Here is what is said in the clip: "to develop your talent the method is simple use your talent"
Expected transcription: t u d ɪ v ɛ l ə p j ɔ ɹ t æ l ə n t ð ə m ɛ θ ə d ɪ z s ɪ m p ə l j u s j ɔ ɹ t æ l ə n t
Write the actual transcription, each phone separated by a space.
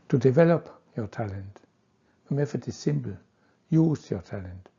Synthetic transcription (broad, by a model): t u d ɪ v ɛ l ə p j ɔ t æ l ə n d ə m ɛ f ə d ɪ s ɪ m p l j u s j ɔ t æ l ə n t